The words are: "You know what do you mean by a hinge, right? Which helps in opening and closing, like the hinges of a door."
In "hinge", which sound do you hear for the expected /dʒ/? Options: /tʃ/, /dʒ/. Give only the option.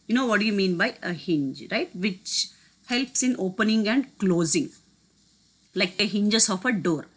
/dʒ/